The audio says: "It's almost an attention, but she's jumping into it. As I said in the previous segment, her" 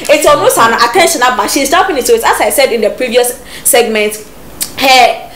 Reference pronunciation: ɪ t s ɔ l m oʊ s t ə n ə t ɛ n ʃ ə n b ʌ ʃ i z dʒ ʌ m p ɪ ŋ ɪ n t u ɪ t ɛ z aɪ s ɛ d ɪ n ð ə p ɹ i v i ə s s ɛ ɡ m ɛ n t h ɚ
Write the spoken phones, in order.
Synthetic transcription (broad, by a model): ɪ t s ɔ m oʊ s ə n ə t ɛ n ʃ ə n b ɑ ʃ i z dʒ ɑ p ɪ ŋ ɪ t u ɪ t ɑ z aɪ s ɛ d ɪ n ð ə p ɹ i v i ə s s ɛ ɡ m ɛ n t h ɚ